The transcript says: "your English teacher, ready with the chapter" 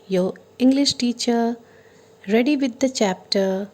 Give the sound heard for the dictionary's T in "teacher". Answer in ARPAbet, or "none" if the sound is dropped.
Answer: T